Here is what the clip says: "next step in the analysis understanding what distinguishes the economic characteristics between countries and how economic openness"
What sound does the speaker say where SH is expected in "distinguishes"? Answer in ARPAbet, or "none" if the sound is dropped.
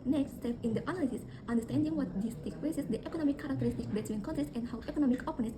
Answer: S